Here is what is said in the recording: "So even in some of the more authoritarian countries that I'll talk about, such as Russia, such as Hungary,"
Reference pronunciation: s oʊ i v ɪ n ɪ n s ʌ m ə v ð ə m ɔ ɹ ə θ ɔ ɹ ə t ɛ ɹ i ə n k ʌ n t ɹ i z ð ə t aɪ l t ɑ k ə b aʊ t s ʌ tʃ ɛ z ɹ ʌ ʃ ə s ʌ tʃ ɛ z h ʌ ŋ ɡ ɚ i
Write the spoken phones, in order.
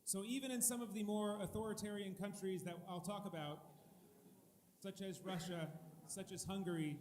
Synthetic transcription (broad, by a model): s oʊ i v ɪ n ɪ n s ʌ m ə v ð ə m ɔ ɹ ə θ ɔ ɹ ə t ɛ ɹ i ə n k ʌ n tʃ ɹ i z ð ə t aɪ l t ɑ k ə b aʊ t s ʌ tʃ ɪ z ɹ ʌ ʃ ə s ʌ tʃ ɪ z h ʌ ŋ ɡ ɚ i